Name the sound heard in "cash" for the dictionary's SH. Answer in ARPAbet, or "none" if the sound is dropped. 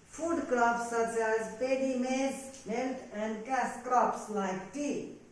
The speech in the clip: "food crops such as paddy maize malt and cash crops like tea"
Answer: S